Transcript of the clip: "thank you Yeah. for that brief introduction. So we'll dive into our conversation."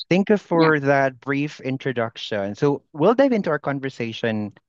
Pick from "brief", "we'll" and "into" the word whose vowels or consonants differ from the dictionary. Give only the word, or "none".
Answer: none